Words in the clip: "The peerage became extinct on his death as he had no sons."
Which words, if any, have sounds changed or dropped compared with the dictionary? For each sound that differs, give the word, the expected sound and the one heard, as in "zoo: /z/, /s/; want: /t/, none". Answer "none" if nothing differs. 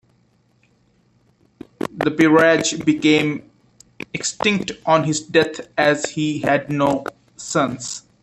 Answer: death: /θ/, /t/; sons: /z/, /s/